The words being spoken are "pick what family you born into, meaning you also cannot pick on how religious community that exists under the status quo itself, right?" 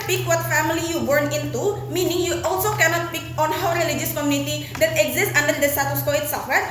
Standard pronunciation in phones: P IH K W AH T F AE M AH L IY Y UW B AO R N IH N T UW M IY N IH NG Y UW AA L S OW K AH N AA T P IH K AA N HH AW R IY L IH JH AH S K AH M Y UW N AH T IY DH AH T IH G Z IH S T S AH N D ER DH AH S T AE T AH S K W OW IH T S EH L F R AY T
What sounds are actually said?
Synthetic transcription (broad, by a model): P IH K W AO T F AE M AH L IY Y UW B AO R N IH N T UW M IY N IH NG Y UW AA L S OW K AH N AA T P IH K AA N HH AW R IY L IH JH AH S K AH M Y UW N AH T IY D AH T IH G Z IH S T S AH N D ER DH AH S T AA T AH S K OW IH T S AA F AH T